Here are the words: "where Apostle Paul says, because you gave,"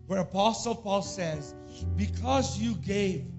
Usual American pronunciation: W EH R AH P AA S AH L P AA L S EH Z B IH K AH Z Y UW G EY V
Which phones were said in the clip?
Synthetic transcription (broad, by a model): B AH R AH P AA S L P AA L S EH Z B IH K AH Z Y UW G EY V